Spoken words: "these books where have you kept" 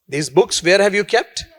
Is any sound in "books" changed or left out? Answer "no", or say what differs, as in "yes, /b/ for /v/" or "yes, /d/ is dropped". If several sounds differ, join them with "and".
no